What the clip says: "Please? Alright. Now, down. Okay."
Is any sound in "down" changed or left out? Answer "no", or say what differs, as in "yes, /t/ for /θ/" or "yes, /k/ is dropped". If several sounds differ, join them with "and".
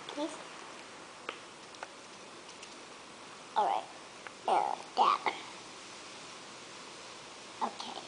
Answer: yes, /n/ is dropped